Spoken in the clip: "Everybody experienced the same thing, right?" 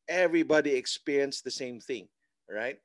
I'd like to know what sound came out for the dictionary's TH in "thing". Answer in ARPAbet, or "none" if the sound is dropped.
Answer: TH